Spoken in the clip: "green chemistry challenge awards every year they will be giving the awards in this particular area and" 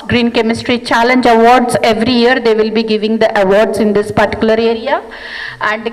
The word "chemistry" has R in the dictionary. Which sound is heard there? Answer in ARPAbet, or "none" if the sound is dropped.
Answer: R